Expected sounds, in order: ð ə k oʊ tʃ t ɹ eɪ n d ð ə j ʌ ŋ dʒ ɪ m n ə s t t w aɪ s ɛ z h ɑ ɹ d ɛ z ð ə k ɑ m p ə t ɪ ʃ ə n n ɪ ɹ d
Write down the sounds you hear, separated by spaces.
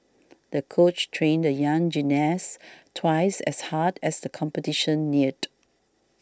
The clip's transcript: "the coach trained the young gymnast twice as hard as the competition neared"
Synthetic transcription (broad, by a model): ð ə k oʊ tʃ t ɹ eɪ n d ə j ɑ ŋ dʒ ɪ n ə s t t w aɪ s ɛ s h ɑ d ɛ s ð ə k ɑ m p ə t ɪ ʃ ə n n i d